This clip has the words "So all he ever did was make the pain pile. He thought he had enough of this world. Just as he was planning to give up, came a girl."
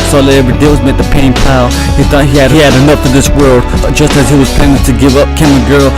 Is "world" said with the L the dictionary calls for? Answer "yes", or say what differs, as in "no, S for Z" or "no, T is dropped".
yes